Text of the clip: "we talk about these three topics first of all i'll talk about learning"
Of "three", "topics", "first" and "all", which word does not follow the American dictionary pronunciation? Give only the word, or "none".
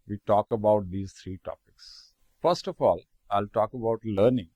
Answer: three